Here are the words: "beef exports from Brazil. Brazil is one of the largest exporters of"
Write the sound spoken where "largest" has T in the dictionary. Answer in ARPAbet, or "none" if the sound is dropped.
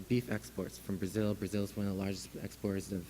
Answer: none